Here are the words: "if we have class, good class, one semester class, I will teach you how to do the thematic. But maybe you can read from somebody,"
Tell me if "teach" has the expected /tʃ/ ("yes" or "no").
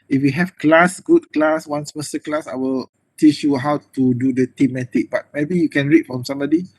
yes